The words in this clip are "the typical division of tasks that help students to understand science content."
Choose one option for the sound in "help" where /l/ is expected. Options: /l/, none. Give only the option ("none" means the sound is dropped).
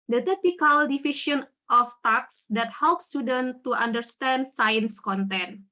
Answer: /l/